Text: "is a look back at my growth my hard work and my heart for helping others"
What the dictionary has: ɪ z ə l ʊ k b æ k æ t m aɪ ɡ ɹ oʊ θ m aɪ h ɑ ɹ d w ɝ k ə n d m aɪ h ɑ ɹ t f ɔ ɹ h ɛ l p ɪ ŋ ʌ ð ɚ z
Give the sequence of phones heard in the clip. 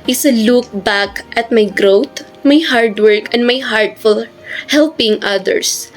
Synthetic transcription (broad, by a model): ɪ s ə l ʊ k b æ k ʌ t m aɪ ɡ ɹ oʊ t m aɪ h ɑ ɹ d w ɝ k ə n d m aɪ h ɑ ɹ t f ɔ l h ɛ l p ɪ ŋ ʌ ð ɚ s